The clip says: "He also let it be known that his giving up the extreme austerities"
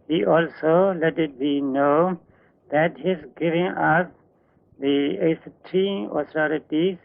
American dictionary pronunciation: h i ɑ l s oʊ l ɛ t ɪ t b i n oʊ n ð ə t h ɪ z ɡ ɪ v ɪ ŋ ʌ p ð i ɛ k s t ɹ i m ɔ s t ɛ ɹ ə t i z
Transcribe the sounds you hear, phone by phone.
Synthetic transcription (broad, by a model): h i ɑ l s oʊ l ɛ t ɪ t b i n oʊ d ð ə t h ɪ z ɡ ɪ v ɪ ŋ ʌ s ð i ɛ s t i ɔ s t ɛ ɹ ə t i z